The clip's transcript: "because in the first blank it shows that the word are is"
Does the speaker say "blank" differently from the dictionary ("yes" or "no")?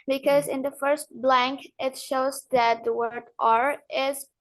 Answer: no